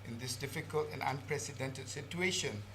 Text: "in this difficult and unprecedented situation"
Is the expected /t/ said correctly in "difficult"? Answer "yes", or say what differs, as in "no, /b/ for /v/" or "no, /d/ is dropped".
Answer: yes